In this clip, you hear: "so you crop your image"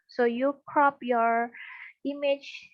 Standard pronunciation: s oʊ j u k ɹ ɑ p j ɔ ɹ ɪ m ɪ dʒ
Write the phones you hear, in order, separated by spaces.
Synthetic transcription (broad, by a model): s oʊ j u k ɹ ɑ p j ɔ ɹ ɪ m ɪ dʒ